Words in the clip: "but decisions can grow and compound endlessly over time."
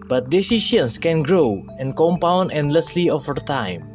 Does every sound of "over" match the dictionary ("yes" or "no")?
no